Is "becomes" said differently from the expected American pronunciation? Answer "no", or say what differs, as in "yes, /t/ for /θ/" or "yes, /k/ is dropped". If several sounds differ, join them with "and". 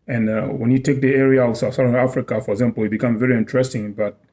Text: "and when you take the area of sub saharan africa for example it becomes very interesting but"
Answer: yes, /z/ is dropped